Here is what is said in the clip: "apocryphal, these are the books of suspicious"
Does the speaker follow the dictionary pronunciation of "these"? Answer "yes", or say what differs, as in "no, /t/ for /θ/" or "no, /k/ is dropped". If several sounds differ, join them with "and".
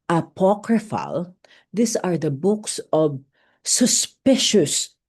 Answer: no, /s/ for /z/